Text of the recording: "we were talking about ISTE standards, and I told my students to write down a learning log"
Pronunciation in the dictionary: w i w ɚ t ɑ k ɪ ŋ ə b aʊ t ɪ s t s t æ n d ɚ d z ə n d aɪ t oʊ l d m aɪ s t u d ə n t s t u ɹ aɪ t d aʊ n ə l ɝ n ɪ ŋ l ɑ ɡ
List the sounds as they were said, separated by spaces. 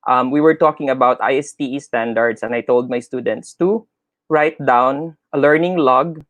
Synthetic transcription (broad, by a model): w i w ɚ t ɑ k ɪ ŋ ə b aʊ t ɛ s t s t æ n d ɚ d s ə n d aɪ t oʊ l d m aɪ s t u d ə n t s t u ɹ aɪ t d aʊ n ə l ɝ n ɪ ŋ l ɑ ɡ